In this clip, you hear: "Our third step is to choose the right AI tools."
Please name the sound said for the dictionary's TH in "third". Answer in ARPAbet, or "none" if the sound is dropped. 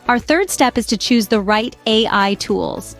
TH